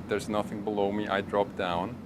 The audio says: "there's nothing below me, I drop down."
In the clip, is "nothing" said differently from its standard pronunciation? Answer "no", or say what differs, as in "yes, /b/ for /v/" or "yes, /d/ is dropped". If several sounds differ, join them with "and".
no